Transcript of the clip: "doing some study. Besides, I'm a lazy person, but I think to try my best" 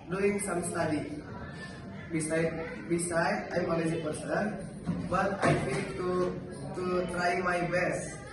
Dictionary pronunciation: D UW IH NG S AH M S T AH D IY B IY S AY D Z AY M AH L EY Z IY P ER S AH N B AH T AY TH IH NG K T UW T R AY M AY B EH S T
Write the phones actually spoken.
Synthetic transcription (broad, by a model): D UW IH NG S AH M S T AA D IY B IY S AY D S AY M AH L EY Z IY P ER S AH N B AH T AY F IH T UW T UW T R AY M AY B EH S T